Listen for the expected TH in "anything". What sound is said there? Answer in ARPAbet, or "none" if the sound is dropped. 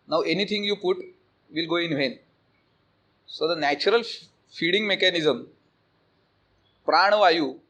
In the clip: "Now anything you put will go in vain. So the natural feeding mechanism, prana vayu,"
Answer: T